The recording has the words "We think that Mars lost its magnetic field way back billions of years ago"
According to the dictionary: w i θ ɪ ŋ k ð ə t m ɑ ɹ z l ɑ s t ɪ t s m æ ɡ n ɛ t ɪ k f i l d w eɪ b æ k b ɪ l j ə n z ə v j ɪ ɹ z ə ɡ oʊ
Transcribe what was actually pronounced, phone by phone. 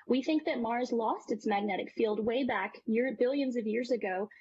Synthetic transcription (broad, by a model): w i θ ɪ ŋ k ð ə t m ɑ ɹ z l ɑ s t ɪ t s m æ ɡ n ɛ t ɪ k f i l d w eɪ b æ k b ɪ l j ə n z ə v j ɪ ɹ z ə ɡ oʊ